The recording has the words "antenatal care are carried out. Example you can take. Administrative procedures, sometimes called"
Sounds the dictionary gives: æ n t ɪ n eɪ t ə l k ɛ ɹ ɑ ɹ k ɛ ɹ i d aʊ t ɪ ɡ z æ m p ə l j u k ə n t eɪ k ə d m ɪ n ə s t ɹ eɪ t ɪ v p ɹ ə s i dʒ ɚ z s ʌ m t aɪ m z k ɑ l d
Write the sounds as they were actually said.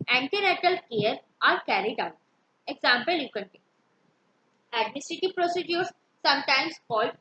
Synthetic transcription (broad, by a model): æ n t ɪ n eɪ t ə l k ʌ ɹ ɑ ɹ k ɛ ɹ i d aʊ t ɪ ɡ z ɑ m p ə l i k ə n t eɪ ə d m ɪ n ə s t ɹ eɪ t ɪ v p ɹ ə s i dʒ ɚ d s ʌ m t aɪ m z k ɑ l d